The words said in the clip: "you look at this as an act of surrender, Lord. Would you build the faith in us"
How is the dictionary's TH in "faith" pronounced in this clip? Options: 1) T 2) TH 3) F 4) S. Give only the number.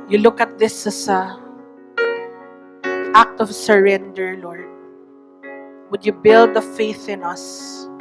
2